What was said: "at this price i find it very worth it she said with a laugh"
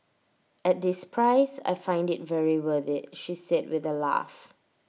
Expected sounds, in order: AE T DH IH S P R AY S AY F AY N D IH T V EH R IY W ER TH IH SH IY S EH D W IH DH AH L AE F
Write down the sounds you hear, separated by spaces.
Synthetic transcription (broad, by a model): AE T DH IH S P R AY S AY F AY N D IH T V EH R IY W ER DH IH SH IY S EH D W IH DH AH L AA F